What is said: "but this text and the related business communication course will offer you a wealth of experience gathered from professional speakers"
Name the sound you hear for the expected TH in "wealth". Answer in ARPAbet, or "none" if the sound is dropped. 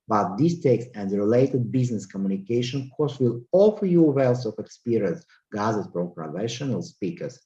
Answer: S